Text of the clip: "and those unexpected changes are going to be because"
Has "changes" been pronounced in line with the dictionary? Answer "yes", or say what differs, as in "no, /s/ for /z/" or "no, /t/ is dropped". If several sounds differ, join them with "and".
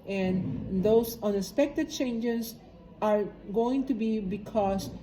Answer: no, /s/ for /z/